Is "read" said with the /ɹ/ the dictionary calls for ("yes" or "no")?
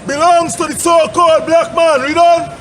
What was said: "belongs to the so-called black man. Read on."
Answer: yes